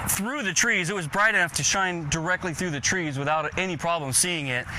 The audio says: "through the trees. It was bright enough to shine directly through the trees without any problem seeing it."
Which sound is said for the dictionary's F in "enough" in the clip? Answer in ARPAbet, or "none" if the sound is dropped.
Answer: F